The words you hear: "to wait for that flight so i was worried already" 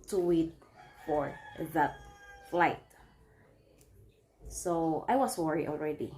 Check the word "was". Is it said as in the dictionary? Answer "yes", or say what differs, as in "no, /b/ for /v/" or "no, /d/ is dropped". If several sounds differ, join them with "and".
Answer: no, /s/ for /z/